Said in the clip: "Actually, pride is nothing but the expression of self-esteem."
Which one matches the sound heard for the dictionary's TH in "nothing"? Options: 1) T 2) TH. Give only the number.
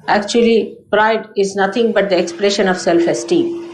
1